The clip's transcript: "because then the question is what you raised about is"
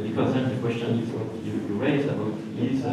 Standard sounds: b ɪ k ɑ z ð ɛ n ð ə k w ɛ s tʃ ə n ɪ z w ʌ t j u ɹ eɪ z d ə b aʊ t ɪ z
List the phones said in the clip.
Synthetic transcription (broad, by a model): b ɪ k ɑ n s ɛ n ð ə k w ɛ s tʃ ə n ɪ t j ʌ j u ɹ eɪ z ə b aʊ t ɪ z